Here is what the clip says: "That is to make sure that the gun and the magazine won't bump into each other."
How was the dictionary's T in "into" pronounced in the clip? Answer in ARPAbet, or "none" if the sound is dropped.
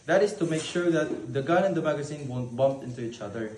T